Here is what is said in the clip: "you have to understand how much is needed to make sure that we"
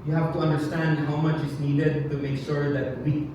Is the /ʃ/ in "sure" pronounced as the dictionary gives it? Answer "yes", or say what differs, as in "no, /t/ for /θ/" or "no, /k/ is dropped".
yes